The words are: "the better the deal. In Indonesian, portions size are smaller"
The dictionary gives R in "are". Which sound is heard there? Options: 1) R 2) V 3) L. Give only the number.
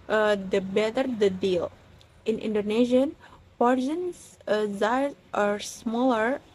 1